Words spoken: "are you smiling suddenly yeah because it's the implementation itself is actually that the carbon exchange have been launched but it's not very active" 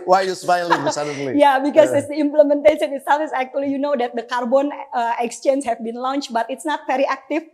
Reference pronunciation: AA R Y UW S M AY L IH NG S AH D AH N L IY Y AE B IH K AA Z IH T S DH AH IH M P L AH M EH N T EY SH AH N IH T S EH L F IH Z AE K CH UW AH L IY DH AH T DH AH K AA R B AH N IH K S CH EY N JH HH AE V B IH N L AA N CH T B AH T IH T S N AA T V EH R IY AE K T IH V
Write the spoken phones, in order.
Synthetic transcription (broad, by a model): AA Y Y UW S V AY IH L S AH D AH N L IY Y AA B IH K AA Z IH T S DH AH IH M P L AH M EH N T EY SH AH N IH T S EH F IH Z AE K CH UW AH L IY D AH T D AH K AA R B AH N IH K S CH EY N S HH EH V B IH N L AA N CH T B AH T IH T S N AA T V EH R IY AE K T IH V